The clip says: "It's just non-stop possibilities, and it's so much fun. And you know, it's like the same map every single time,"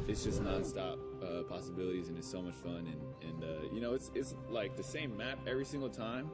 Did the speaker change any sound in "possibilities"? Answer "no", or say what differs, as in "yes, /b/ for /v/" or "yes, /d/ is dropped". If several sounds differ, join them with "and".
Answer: no